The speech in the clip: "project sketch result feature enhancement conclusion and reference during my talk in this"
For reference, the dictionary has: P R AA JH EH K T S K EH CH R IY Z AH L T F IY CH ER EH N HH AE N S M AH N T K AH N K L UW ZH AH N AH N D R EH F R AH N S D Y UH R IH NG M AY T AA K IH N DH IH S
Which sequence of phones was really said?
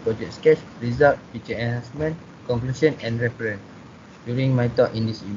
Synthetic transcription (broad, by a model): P R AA JH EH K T S K EH CH R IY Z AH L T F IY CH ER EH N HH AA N S M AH N K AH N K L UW S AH N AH N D R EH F R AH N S D Y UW R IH NG M AY T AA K IH N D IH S